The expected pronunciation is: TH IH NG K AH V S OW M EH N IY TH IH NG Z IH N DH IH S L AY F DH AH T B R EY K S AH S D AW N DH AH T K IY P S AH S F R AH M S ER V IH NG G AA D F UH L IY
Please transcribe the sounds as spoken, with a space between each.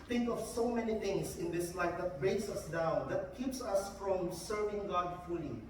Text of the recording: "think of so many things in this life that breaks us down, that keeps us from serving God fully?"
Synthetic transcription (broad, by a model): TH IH NG K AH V S OW M EH N IY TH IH NG S IH N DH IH S L AY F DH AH T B R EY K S AH S D AW N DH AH T K IY P S AH S F R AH M S ER V IH NG G AA D F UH L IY